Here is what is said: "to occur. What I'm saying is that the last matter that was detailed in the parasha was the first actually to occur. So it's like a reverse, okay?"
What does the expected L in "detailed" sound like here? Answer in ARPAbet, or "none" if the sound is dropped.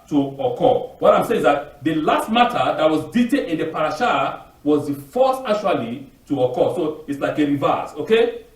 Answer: none